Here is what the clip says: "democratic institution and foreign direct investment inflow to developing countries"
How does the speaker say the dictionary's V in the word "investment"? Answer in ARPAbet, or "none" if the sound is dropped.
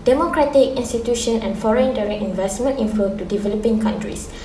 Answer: V